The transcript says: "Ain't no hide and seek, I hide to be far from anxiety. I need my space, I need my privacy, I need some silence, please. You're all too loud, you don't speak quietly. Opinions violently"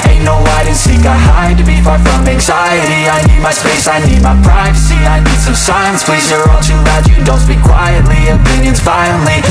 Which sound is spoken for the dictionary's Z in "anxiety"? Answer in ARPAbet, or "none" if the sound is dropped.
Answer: Z